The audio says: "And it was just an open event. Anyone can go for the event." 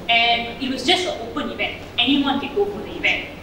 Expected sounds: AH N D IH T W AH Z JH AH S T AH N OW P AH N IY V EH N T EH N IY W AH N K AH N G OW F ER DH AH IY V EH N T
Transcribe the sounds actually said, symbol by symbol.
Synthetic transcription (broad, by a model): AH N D IH T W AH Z JH AH S T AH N OW P AH N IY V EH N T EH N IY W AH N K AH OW P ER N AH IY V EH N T